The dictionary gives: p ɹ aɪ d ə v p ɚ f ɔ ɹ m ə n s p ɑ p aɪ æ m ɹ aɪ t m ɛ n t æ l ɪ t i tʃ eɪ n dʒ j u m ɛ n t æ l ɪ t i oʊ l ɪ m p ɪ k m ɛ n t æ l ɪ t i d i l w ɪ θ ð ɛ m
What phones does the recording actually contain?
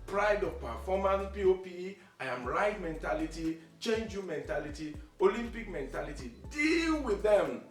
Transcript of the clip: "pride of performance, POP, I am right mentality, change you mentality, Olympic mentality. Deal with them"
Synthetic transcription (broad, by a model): p ɹ aɪ d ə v p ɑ f ɔ m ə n p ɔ p aɪ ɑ m ɹ aɪ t m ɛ n t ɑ l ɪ t i tʃ eɪ n dʒ j u m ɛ n t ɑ l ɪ t i oʊ l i m p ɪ k m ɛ n t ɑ l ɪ t i d i l w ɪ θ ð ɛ m